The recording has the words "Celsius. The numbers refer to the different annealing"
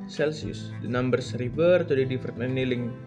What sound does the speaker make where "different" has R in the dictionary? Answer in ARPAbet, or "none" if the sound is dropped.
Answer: none